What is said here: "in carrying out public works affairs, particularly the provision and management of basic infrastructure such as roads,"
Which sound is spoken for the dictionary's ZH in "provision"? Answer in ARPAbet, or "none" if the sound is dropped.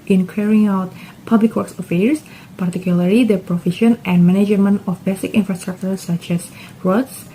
SH